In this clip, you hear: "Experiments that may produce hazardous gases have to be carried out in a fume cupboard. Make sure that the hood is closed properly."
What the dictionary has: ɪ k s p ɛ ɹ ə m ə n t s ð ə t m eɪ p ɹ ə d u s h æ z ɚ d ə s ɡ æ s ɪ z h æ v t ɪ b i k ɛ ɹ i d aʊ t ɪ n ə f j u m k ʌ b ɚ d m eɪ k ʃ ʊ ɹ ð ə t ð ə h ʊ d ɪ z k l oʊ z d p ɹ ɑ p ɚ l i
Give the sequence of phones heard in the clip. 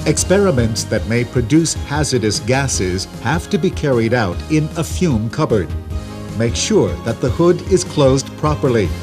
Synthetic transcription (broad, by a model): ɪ k s p ɛ ɹ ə m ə n t s ð ə t m eɪ p ɹ ə d u s h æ z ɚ d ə s ɡ æ s ɪ z h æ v t ɪ b i k ɛ ɹ i d aʊ t ɪ n ə f j u m k ʌ b ɚ d m eɪ k ʃ ʊ ɹ ð ə t ð ə h ʊ d ɪ z k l oʊ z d p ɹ ɑ p ɚ l i